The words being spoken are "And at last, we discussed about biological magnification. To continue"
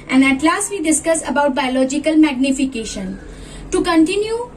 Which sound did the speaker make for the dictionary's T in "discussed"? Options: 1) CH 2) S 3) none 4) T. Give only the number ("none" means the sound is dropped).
3